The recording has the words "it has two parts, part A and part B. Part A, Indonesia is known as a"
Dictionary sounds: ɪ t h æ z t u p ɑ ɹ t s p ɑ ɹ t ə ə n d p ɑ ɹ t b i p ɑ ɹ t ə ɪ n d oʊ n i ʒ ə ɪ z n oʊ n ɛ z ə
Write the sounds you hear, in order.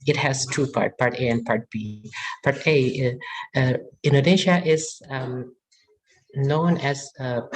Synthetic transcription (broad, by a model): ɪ t h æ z t u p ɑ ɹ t p ɑ ɹ t ə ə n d p ɑ ɹ t b i p ɑ ɹ t ə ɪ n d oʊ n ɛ ʃ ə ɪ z n oʊ n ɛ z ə